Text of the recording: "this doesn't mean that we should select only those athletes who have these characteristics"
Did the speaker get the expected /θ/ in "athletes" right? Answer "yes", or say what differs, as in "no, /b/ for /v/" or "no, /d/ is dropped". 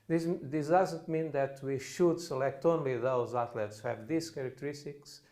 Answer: no, /t/ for /θ/